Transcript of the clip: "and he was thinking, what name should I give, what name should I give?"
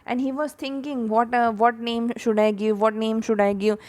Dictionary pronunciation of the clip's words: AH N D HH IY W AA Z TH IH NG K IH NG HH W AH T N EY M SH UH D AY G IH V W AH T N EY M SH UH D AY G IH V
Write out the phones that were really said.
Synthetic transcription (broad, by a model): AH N D HH IY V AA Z T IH NG K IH NG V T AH T N EY M SH UH D AY G IH V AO T N EY M SH UH D AY G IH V